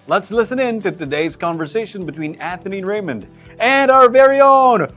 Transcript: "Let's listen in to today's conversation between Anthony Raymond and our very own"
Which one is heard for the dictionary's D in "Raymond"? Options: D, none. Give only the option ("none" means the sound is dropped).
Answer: D